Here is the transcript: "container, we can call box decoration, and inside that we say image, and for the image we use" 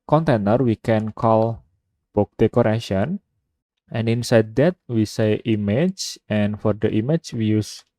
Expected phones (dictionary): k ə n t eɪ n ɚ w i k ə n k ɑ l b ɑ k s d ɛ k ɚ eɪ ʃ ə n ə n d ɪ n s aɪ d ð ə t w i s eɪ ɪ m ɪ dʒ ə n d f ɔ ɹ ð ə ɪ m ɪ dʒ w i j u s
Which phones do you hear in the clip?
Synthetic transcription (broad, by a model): k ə n t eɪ n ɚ w i k ə n k ɑ l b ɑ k d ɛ k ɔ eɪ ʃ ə n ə n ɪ n s aɪ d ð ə t w i s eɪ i m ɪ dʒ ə n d f ɔ ɹ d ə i m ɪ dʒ w i j u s